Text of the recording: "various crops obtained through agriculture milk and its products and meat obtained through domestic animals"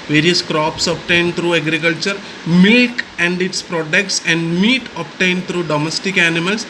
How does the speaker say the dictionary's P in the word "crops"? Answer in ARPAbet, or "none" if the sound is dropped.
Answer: P